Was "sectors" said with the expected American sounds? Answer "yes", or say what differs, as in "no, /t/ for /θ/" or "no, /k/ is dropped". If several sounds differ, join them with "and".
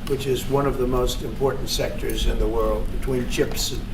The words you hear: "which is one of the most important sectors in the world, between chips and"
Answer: yes